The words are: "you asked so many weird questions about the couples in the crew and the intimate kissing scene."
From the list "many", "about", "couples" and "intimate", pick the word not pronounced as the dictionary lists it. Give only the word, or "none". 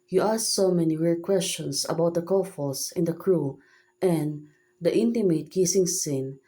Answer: couples